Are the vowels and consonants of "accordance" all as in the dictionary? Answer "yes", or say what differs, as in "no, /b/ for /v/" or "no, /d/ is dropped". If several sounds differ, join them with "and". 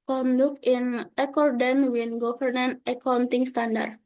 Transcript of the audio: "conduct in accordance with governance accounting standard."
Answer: no, /s/ is dropped